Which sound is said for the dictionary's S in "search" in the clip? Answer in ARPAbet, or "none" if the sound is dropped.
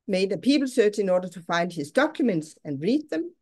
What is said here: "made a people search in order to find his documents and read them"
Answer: S